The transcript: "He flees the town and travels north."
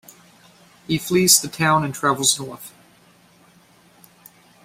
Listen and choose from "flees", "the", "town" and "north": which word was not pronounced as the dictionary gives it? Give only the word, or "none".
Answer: none